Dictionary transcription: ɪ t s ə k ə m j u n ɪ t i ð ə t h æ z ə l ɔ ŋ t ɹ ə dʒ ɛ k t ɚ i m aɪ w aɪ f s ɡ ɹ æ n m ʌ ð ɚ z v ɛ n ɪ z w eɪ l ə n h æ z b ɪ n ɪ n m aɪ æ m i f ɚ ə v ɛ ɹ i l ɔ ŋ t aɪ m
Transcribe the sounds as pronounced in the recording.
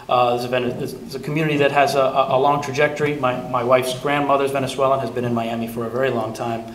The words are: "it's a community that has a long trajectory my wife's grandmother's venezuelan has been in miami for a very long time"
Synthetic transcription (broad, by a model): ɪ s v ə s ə m j u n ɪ t i ð ə t h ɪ z ə l ɔ ŋ t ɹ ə dʒ ɛ k t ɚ i m aɪ w aɪ f s ɡ ɹ æ n m ʌ ð ɚ z v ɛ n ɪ s w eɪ l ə n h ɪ z b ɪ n ɪ n m aɪ æ m i f ɚ ə v ɛ ɹ i l ɔ ŋ t aɪ m